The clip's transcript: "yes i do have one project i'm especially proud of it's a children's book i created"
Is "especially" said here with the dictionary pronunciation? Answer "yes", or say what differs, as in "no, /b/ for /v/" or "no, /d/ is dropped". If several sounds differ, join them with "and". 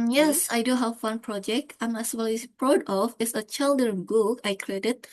no, /ʃ/ is dropped